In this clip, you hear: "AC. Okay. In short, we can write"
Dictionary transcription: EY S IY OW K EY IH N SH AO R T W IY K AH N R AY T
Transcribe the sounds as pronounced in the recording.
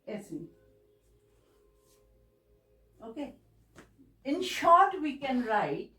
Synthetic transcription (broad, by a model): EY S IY OW K EY IH N SH AO R T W IY K AH N R AY T